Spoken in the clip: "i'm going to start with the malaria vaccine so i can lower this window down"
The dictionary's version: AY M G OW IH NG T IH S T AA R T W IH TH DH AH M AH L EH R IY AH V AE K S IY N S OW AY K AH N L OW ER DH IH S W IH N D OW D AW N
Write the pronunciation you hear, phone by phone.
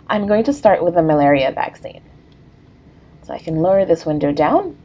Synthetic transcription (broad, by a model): AY M G OW IH NG T IH S T AA R T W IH DH AH M AH L EH R IY AH V AE K S IY N S OW AY K AH N L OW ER DH IH S W IH N D OW D AW N